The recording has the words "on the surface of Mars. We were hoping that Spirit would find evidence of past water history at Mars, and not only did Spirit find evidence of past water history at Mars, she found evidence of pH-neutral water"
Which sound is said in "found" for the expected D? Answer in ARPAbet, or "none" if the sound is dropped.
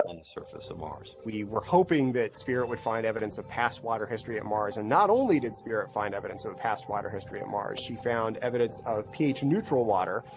D